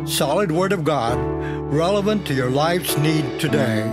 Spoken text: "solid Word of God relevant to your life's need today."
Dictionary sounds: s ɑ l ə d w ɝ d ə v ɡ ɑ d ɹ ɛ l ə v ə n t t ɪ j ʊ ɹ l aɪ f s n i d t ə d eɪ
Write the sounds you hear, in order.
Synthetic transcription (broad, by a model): s ɑ l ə d w ɝ d ə v ɡ ɑ d ɹ ɛ l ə v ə n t t ɪ j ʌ ɹ l aɪ f s n i d t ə d eɪ